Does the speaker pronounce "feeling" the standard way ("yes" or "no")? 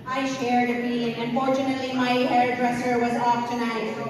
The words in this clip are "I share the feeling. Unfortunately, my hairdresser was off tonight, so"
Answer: no